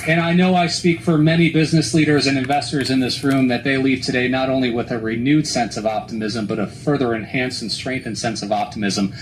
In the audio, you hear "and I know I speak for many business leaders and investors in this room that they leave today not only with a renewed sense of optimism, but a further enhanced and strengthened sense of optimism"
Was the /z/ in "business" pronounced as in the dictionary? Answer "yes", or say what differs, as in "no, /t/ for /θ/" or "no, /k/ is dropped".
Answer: yes